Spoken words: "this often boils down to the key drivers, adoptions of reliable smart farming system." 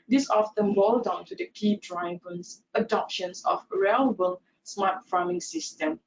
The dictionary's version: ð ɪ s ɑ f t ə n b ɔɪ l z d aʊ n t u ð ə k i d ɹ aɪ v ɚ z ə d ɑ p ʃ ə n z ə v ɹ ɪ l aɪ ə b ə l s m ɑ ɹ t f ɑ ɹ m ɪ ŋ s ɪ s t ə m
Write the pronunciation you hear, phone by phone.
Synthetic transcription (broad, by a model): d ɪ s ɑ f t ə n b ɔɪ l d aʊ n t u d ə k i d ɹ aɪ b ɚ s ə d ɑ p ʃ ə n s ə f ɹ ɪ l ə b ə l s m ɑ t f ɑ m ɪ ŋ s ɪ s t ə m